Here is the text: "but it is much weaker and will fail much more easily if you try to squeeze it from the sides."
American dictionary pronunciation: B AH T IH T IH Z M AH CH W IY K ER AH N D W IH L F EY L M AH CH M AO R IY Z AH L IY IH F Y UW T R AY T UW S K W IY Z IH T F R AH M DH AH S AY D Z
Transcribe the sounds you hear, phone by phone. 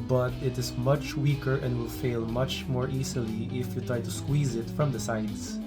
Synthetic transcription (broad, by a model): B AH T IH T IH Z M AH CH W IY K ER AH N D W IH L F EY L M AH CH M AO R IY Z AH L IY IH F Y UW T R AY T UW S K W IY Z IH T F R AH M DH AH S AY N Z